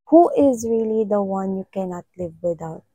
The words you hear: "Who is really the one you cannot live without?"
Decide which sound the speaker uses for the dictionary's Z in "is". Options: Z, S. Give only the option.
Z